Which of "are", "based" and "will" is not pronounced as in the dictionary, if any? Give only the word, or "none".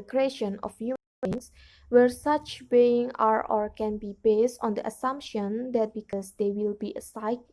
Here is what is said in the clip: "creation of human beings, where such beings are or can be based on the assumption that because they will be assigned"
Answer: none